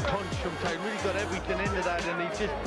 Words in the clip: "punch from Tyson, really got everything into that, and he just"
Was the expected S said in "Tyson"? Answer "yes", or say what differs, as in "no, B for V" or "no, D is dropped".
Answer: no, S is dropped